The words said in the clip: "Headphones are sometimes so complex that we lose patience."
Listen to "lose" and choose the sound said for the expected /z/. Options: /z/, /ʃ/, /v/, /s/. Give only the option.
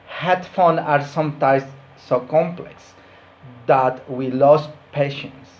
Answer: /s/